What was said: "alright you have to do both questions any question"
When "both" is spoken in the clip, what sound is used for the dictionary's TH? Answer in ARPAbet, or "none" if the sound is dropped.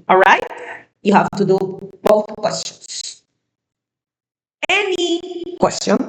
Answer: TH